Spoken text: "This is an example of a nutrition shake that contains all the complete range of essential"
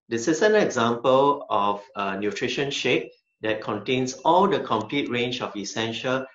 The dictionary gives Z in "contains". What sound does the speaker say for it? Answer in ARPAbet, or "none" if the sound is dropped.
S